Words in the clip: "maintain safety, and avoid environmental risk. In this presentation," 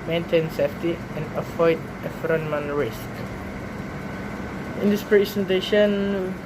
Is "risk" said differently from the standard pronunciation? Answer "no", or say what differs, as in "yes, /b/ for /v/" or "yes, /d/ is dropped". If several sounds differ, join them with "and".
no